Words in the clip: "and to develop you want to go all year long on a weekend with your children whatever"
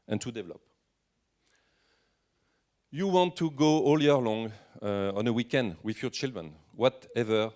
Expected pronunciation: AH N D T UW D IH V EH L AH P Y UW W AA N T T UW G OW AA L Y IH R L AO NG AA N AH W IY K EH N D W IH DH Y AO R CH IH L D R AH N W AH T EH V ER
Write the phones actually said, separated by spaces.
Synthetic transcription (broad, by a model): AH N T UW D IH V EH L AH P Y UW W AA N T T UW G OW AA L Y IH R L AO NG AA N AH W IY K EH N D W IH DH Y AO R CH IH L D R AH N W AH T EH V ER